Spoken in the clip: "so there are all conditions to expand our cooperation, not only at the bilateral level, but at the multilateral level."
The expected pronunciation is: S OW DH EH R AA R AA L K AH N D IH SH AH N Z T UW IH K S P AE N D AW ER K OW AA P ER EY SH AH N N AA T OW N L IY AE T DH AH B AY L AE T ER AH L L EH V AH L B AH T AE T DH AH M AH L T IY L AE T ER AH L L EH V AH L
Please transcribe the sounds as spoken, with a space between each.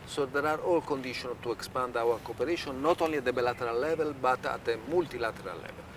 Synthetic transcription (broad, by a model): S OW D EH R AA R AA L K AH N D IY SH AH N T UW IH K S P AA N D AW ER K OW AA P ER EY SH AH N N AA T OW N L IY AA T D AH B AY L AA T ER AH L L EH V AH L B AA T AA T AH M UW L T IY L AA T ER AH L L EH V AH L